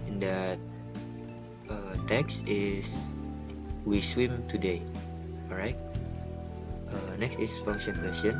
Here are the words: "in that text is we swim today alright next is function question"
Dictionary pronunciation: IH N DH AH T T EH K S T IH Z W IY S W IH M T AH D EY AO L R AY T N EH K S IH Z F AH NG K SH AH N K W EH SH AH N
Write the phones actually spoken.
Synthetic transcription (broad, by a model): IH N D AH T T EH K S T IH S W IY S W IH M T AH D EY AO R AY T N EH K S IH S F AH NG K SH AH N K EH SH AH N